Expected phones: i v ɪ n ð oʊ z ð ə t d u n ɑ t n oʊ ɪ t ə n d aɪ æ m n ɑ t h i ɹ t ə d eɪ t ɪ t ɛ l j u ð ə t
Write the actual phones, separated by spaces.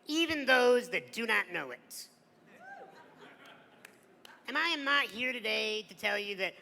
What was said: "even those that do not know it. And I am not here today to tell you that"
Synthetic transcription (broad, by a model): i v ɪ n ð oʊ z ð ə t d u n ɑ t n oʊ ɪ t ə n aɪ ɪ m n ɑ t h i ɹ t ə d eɪ t ɪ t ɛ l j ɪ ð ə t